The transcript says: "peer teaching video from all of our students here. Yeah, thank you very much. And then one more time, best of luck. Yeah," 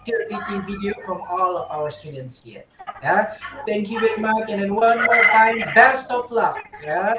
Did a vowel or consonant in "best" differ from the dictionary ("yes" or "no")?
no